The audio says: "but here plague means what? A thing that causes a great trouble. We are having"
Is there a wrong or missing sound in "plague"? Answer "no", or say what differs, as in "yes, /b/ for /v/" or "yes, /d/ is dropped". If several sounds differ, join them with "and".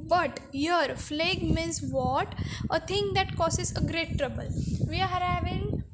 yes, /f/ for /p/